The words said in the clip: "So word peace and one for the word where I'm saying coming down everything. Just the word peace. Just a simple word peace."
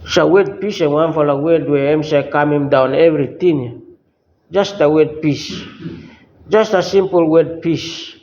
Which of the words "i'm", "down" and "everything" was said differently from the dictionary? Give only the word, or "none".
everything